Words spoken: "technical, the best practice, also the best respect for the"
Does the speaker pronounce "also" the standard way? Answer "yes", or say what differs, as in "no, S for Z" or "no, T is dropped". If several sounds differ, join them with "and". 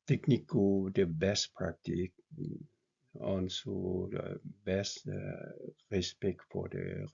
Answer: no, N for L